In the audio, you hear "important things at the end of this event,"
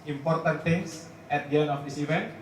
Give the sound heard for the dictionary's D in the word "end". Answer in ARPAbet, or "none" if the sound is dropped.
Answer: none